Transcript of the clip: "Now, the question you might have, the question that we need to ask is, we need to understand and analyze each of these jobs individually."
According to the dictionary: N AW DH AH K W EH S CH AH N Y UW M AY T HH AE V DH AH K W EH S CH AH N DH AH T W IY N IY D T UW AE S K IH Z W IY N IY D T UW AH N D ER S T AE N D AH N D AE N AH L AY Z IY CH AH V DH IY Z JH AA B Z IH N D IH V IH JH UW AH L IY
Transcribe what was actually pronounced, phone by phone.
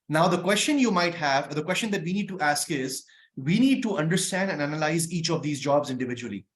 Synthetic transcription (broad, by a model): N AW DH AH K W EH S CH AH N Y UW M AY T HH AE V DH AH K W EH S CH AH N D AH T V IY N IY D T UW AE S K IH Z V IY N IY D T UW AH N D ER S T AE N D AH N AE N AH L AY Z IY CH AH V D IY Z JH AA B Z IH N D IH V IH JH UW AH L IY